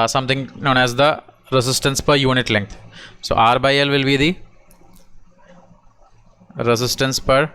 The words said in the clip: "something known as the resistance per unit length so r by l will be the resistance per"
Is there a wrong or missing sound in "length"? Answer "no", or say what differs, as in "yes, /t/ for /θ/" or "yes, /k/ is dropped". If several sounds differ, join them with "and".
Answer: yes, /t/ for /θ/